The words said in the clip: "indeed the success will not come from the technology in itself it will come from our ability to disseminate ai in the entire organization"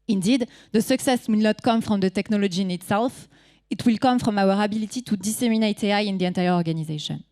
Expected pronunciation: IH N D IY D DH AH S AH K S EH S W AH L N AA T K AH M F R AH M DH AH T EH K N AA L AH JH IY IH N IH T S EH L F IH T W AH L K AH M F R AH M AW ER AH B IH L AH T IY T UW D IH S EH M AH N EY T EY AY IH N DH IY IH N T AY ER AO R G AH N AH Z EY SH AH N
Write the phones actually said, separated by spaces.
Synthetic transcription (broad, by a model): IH N D IY D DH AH S AH K S EH S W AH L N AA T K AH M F R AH M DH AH T EH K N AA L AH JH IY IH N IH T S EH L F IH T W AH L K AH M F R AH M AW ER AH B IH L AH T IY T UW D IH S EH M AH N EY T EY AY IH N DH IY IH N T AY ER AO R G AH N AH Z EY SH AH N